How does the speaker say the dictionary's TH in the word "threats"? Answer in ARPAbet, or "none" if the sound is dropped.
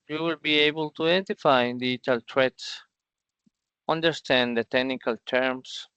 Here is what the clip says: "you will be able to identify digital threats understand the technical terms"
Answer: T